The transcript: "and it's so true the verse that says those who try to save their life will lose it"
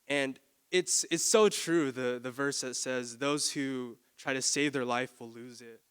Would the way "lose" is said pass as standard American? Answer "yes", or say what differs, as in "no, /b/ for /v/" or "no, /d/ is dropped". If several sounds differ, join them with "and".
yes